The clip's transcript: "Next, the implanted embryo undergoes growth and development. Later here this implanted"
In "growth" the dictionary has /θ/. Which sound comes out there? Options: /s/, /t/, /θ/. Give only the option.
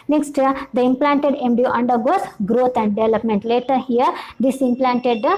/t/